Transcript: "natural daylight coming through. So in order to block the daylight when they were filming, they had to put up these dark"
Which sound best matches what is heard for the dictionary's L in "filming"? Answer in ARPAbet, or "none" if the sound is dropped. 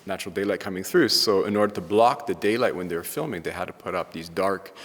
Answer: L